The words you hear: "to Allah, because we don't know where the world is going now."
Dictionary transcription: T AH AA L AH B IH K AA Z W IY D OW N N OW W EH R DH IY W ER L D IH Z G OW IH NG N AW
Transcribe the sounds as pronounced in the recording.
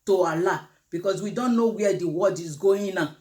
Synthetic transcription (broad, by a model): T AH AA L AH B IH K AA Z W IY D OW N N OW W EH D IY W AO D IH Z G OW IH N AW